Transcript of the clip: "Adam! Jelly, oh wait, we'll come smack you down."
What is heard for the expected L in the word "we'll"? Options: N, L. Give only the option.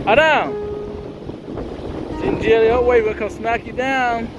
N